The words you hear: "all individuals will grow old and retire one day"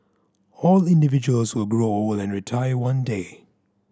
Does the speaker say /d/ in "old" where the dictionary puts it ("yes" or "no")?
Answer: no